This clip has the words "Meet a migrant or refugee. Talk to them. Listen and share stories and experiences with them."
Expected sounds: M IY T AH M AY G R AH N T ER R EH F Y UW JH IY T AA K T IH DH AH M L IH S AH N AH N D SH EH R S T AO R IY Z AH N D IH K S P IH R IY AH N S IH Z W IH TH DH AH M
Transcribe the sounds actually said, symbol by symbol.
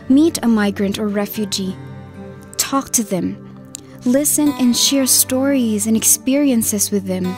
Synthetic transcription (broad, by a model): M IY T AH M AY G R AH N T ER R EH F Y UW JH IY T AA K T IH DH AH M L IH S AH N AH N SH EH R S T AO R IY Z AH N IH K S P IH R IY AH N S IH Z W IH DH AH M